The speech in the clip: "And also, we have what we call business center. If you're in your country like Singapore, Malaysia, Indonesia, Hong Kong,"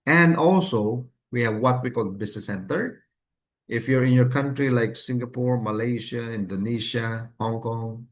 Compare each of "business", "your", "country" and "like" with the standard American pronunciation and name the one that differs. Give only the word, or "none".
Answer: business